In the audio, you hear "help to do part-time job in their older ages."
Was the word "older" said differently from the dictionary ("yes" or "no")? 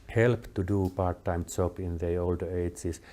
no